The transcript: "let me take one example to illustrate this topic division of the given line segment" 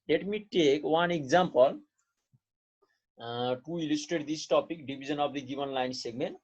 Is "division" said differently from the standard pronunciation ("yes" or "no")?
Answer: yes